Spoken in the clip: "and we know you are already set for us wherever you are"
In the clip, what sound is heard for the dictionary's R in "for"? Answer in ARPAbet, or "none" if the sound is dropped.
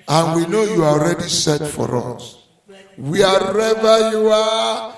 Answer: R